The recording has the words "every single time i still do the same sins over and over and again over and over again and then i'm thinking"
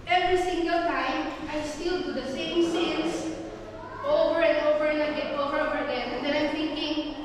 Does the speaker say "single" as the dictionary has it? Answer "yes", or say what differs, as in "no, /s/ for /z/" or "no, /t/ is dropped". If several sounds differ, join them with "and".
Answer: yes